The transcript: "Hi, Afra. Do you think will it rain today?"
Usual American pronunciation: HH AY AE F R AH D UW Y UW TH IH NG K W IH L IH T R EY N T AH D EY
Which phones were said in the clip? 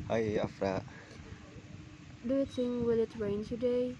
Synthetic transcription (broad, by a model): HH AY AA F R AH D UW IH T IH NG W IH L IH T R EY N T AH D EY